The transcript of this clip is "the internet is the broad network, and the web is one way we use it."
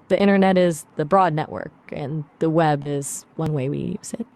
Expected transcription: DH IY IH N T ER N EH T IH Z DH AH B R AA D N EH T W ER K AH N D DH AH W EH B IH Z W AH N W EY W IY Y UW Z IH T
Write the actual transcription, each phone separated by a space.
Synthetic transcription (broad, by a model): DH IY IH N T ER N EH T IH Z DH AH B R AA D N EH T W ER K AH N DH AH W EH B IH Z W AH N W EY W IY Y UW Z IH T